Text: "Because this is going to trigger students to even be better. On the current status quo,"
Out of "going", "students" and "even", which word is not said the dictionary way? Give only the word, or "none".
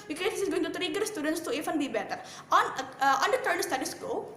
even